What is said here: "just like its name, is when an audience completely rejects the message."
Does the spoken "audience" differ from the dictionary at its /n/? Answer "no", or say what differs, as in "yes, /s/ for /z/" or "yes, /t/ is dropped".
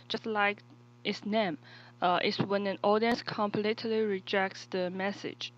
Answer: no